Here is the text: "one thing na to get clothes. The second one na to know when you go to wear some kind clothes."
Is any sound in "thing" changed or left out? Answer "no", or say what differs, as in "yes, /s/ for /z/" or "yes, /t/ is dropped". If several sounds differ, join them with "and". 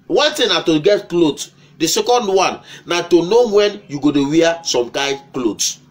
yes, /t/ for /θ/